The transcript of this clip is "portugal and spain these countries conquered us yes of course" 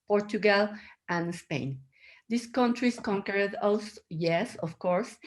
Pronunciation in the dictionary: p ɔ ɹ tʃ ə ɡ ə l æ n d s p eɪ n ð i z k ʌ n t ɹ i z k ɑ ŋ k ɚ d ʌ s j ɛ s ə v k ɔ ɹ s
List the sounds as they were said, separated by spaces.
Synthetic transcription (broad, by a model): p ɔ ɹ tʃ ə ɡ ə l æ n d s p eɪ n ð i s k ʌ n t ɹ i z k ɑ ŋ k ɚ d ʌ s j ɛ s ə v k ɔ ɹ s